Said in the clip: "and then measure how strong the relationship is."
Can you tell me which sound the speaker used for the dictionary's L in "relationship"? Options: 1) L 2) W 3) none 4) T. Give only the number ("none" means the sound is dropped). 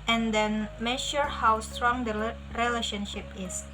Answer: 1